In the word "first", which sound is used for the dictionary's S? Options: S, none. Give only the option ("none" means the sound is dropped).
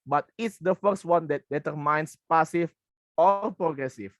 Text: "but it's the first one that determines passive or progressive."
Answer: S